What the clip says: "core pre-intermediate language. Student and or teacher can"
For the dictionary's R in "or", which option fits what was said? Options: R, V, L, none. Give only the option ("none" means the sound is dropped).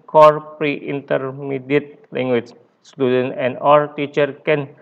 L